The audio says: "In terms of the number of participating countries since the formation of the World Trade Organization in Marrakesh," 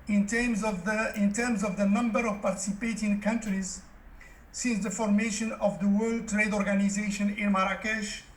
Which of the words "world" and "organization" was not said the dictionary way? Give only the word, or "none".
none